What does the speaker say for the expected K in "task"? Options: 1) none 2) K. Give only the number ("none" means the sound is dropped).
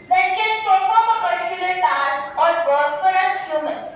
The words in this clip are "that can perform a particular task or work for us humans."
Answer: 1